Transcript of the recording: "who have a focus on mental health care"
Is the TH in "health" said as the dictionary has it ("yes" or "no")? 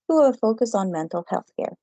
yes